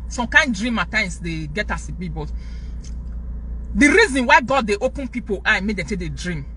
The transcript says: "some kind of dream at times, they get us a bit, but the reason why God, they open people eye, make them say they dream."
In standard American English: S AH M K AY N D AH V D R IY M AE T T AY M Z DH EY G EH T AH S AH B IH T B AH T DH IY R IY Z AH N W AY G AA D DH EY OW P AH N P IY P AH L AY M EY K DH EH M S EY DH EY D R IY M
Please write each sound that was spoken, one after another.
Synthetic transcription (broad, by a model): S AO M K AY N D D R IY M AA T T AY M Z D EY G EH T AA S AH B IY B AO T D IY R IY Z AH N W AY G AA D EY OW P AH N P IY P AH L AY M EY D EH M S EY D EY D R IY M